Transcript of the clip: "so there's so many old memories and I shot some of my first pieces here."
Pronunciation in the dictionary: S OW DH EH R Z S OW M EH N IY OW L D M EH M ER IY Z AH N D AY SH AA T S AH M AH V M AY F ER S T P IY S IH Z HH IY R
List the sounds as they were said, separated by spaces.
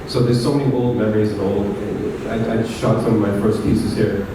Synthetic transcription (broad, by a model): S OW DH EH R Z S OW M EH N IY OW L D M EH M ER IY Z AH L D AY SH AA T S AH M AH V M AY F ER S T P IY S IH Z HH IY R